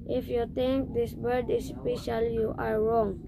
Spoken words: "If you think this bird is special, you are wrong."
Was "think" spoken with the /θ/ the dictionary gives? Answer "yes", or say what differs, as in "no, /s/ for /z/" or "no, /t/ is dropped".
no, /t/ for /θ/